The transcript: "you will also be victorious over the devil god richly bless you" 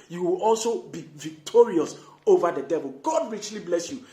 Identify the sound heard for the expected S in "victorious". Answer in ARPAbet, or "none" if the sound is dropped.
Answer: S